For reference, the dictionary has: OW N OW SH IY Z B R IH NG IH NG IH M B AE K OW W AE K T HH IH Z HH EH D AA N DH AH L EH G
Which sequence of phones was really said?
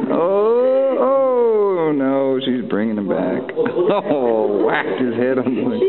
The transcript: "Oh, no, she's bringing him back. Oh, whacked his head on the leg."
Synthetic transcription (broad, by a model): OW N OW SH IY Z B R IH NG IH NG IH M B AE K OW W AE K T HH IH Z HH EH D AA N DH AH